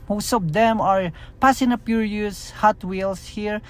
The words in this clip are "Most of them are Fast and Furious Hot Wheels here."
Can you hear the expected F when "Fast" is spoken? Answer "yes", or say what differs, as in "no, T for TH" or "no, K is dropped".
no, P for F